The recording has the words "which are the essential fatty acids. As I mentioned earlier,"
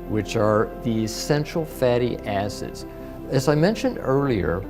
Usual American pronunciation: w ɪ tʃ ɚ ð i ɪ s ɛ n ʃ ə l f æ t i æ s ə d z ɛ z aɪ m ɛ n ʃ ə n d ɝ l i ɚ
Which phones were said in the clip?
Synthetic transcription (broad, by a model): w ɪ tʃ ɚ ð i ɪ s ɛ n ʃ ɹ l f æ t i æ s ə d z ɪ z aɪ m ɛ n ʃ ə n d ɝ l i ɚ